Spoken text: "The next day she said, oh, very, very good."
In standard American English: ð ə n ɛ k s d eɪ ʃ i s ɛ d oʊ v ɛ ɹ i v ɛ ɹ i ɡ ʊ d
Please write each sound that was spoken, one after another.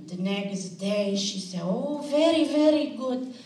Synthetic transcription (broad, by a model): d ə n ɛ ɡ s d eɪ ʃ i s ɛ oʊ v ɛ ɹ i v ɛ ɹ i ɡ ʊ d